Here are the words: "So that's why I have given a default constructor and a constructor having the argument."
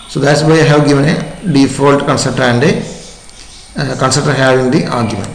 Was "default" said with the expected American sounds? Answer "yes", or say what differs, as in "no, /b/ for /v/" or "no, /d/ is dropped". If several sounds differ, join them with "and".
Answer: yes